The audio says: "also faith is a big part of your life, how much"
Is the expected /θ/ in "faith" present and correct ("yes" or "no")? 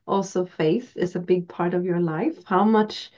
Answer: yes